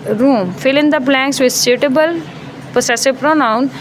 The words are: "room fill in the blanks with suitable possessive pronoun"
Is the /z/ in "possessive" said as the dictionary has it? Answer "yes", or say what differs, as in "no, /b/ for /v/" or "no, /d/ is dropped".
no, /s/ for /z/